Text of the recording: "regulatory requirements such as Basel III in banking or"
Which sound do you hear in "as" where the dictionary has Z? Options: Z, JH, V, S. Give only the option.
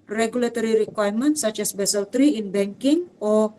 S